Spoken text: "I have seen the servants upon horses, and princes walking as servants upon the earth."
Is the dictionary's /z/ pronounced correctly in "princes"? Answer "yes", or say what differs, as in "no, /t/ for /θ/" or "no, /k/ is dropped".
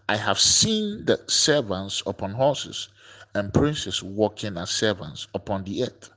no, /s/ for /z/